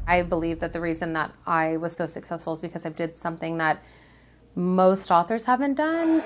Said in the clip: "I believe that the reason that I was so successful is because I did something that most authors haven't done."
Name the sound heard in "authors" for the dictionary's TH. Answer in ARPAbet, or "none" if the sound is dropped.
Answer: TH